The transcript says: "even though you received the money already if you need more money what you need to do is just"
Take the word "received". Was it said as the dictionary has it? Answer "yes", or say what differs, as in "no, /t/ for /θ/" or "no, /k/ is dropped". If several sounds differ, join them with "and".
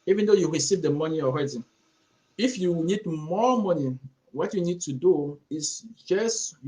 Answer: yes